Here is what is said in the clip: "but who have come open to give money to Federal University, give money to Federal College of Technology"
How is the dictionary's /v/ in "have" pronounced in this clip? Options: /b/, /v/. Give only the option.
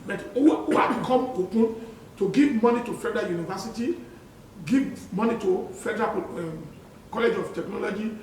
/b/